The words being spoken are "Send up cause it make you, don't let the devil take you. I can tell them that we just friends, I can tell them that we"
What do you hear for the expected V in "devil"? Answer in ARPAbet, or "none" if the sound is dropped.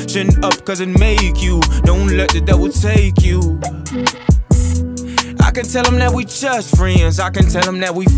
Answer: W